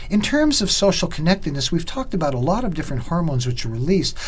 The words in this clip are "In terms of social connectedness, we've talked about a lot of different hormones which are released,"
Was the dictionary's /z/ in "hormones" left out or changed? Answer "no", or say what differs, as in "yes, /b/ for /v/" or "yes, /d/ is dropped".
no